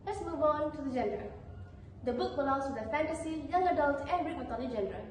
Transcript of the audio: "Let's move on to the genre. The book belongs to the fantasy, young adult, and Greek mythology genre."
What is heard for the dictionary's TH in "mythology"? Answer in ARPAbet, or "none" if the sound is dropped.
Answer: T